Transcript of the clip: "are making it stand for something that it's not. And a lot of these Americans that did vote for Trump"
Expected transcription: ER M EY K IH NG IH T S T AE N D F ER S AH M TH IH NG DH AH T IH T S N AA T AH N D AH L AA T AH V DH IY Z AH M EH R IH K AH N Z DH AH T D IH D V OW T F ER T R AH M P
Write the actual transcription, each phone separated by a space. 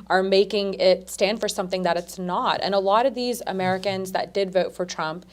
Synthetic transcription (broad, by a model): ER M EY K IH NG IH T S T AE N D F ER S AH M TH IH NG DH AH T IH T S N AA T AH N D AH L AA T AH V DH IY Z AH M EH R IH K AH N Z DH AH T D IH D V OW T F ER T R AH M P